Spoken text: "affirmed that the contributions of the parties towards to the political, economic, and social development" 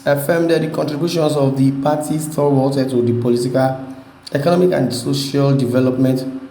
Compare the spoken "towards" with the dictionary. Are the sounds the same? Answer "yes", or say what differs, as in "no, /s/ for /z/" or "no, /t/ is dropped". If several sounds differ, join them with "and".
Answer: no, /z/ is dropped